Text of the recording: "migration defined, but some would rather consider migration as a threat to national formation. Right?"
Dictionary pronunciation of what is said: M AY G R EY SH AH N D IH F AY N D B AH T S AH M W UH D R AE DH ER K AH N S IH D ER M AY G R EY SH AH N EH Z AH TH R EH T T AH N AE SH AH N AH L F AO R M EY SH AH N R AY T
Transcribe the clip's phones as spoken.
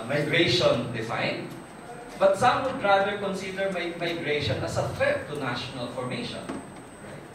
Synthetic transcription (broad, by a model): M AY G R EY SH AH N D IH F AY N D B AH T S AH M W UH D R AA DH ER K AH N S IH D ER M AY G R EY SH AH N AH S AH F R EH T T AH N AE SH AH N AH L F AO R M EY SH AH N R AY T